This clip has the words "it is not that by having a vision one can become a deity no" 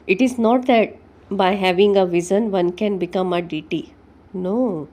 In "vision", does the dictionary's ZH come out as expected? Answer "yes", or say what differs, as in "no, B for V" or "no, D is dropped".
no, Z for ZH